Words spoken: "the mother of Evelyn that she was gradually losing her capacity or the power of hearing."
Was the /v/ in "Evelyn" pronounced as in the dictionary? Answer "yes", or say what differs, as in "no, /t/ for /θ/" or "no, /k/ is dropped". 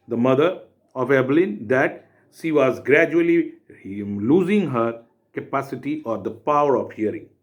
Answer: no, /b/ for /v/